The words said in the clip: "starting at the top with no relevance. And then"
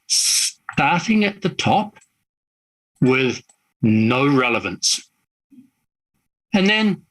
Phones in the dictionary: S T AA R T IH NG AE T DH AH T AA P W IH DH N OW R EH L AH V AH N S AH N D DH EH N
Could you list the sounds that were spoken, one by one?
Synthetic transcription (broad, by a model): S T AA R T IH NG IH T DH AH T AA P W IH DH N OW R EH L AH V AH N S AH N DH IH N